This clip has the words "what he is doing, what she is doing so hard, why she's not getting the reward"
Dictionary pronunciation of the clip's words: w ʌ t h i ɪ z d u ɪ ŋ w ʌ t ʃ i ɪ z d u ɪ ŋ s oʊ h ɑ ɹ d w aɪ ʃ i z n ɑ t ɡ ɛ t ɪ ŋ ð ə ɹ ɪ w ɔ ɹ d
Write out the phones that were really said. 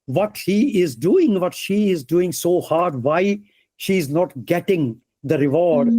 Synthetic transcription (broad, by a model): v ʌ t h i ɪ z d u ɪ ŋ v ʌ t ʃ i ɪ z d u ɪ ŋ s oʊ h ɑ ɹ d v aɪ ʃ i z n ɑ t ɡ ɛ t ɪ ŋ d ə ɹ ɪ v ɔ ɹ d